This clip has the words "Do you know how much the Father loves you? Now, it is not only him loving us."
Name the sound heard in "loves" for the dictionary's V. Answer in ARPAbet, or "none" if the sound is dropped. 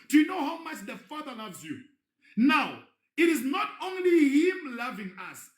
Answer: V